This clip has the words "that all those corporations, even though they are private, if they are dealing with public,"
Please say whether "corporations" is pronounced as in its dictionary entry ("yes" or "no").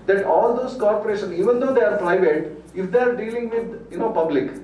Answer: no